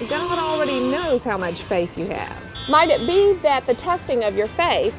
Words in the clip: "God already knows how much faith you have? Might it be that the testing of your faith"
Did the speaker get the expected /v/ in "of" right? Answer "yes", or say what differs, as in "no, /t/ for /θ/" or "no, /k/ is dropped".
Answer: yes